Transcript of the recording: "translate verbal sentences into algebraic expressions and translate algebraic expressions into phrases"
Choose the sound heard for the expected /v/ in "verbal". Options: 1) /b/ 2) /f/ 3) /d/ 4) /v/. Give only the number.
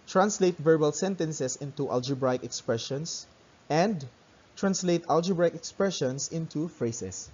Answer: 4